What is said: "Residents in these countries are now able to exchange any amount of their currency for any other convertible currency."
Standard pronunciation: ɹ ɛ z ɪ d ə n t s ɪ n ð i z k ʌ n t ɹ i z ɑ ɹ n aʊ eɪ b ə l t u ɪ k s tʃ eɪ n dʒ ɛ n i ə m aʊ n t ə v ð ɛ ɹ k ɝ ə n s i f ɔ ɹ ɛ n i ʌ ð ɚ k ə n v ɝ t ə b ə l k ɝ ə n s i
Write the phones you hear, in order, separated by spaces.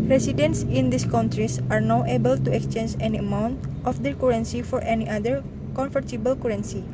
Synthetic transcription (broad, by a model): ɹ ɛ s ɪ d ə n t s ɪ n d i s k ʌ n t ɹ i s ɑ ɹ n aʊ eɪ b ə l t u ɪ k s tʃ eɪ n dʒ ɛ n i ə m aʊ n t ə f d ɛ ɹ k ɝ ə n s i f ɔ ɹ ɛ n i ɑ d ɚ k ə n f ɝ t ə b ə l k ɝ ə n s i